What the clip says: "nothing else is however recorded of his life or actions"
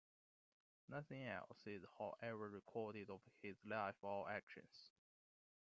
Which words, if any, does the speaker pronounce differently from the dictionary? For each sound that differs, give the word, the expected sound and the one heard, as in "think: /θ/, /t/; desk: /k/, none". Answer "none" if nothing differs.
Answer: or: /ɹ/, /l/